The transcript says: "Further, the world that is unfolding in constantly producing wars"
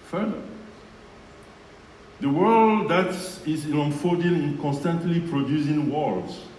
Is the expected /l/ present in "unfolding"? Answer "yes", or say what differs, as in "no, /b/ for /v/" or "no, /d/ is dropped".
no, /l/ is dropped